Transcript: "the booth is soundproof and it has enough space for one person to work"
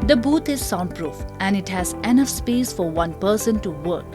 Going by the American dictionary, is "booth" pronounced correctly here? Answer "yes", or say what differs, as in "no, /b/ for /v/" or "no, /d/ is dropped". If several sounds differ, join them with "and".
no, /t/ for /θ/